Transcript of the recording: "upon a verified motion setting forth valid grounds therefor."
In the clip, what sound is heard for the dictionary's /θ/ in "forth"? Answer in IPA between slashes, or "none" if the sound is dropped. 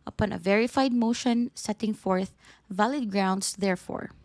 /θ/